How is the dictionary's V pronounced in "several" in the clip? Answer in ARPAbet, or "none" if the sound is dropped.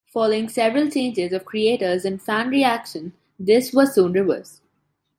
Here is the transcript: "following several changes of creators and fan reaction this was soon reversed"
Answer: V